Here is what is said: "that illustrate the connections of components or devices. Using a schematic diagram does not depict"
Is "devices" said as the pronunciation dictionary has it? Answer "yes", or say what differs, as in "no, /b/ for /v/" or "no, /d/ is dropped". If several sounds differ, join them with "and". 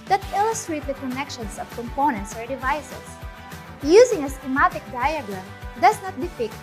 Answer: no, /s/ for /z/